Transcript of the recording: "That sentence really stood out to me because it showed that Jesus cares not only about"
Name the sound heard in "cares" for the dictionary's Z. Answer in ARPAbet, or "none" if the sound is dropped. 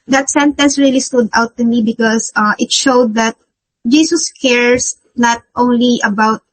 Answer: S